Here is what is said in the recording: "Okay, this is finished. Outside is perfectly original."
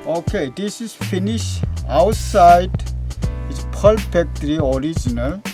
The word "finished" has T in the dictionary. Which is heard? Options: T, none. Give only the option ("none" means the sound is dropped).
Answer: none